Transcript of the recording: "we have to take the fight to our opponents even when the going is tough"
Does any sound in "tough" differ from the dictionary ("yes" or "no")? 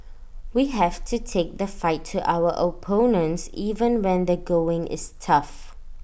no